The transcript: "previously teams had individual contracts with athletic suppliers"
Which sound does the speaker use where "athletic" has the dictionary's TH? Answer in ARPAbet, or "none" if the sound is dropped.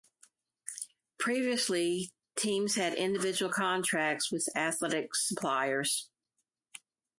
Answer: TH